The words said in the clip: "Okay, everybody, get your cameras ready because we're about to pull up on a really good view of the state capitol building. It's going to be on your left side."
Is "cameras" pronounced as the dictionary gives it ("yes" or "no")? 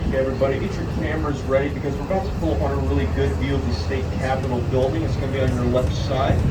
yes